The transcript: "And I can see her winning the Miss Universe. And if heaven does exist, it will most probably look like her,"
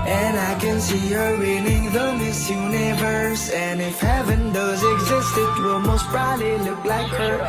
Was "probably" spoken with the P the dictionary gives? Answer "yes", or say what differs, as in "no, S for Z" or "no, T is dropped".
no, B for P